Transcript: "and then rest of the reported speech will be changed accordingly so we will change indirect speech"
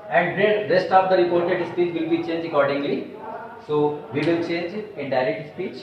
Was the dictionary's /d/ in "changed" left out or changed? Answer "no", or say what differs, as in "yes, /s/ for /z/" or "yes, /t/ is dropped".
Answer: yes, /d/ is dropped